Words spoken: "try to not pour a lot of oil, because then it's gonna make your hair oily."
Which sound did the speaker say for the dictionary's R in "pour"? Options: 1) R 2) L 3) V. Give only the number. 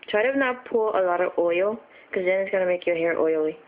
2